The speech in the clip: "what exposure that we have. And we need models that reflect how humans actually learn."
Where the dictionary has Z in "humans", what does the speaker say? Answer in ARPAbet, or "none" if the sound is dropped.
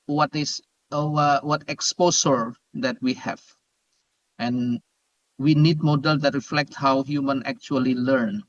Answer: none